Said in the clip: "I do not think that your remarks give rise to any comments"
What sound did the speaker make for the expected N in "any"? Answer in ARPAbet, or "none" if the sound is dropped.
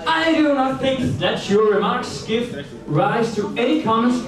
none